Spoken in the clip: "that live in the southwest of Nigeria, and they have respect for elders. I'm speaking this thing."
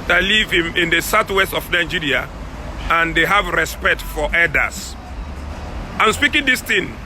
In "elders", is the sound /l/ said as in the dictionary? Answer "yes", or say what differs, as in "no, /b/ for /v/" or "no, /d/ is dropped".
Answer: no, /l/ is dropped